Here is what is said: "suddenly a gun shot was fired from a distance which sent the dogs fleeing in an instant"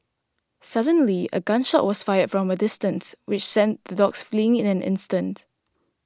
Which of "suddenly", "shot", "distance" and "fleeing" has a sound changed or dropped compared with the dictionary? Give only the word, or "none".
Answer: none